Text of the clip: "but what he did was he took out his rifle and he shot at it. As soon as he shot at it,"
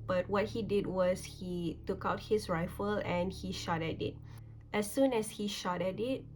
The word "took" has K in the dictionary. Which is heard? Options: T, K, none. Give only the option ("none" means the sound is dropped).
K